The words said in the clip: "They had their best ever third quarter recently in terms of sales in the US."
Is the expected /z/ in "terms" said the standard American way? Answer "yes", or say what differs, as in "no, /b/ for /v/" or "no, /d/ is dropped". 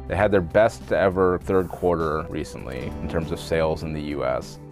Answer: yes